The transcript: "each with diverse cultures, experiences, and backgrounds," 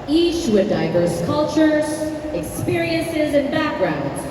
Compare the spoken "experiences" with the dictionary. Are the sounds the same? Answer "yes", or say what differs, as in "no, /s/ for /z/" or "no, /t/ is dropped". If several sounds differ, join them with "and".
yes